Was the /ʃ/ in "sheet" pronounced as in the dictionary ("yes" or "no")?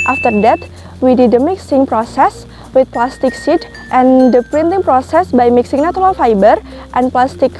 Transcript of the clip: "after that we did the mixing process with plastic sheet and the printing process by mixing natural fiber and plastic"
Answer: no